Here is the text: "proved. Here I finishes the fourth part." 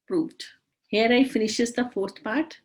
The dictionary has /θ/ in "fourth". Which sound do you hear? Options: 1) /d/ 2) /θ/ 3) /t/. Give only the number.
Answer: 3